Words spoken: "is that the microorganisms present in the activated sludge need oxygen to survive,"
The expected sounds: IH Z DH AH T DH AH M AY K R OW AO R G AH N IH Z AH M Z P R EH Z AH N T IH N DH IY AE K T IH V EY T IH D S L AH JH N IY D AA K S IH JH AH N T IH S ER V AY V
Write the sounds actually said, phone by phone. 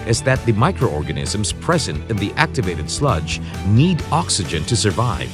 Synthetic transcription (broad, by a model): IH Z DH AH T DH AH M AY K R OW AO R G AH N IH Z AH M Z P R EH Z AH N T IH N DH IY AE K T IH V EY T IH D S L AH JH N IY D AA K S IH JH AH N T IH S ER V AY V